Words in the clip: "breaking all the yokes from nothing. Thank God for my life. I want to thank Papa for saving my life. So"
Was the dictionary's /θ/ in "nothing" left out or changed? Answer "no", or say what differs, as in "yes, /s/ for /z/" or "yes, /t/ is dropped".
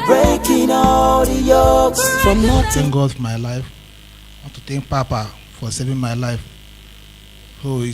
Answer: yes, /t/ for /θ/